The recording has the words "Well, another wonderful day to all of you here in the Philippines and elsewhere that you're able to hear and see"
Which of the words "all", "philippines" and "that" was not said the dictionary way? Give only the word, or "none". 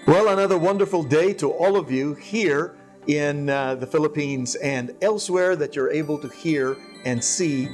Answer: none